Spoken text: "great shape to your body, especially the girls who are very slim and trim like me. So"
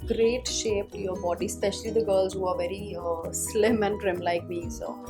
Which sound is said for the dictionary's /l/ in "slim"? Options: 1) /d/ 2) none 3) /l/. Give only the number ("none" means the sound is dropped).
3